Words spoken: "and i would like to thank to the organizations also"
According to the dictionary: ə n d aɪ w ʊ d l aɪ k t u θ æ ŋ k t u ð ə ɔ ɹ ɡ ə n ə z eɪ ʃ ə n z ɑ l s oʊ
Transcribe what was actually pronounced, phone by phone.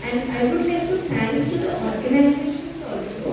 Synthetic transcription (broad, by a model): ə n d aɪ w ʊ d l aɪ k t u t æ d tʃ t u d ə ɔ ɹ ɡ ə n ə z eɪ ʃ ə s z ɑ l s oʊ